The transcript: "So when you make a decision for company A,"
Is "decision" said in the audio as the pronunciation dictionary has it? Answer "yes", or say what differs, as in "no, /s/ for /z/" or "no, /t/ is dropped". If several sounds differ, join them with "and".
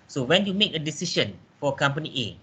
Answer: no, /ʃ/ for /ʒ/